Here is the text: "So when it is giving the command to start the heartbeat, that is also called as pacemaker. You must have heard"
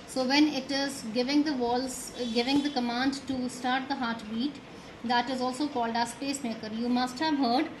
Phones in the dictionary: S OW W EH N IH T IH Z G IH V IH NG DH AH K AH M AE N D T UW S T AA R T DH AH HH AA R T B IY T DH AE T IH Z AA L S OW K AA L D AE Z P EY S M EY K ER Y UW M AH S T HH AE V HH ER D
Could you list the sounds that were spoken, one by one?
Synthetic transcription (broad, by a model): S OW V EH N IH T IH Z G IH V IH NG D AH K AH M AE N D T UW S T AA R T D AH HH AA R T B IY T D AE T IH Z AA L S OW K AA L D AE S P EY S M EY K ER Y UW M AH S T HH AE V HH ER D